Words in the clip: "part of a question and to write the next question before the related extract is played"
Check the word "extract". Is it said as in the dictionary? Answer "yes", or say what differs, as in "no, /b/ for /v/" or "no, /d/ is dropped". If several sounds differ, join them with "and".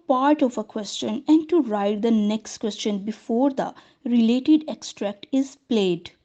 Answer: yes